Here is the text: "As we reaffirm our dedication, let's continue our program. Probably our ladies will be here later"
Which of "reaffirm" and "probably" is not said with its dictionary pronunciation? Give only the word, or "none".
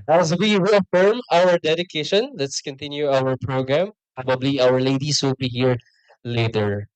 reaffirm